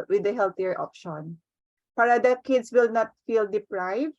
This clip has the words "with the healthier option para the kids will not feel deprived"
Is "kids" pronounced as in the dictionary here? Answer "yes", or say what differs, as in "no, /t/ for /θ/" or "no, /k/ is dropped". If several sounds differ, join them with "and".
no, /s/ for /z/